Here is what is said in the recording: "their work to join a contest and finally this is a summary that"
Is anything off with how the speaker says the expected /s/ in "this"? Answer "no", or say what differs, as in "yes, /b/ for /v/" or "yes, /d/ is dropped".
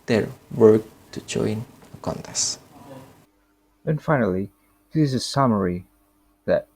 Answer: yes, /s/ is dropped